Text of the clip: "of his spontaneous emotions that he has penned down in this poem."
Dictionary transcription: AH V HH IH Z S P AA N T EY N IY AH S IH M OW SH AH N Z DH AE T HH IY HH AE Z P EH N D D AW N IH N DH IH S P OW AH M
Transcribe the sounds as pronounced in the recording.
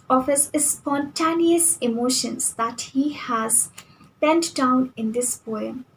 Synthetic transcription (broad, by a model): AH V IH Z S P AA N T EY N IY AH S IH M OW SH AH N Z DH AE T HH IY HH AE Z B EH N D D AW N IH N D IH S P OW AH M